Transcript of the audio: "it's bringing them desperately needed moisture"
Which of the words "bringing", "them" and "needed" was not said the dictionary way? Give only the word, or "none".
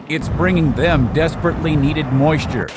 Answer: none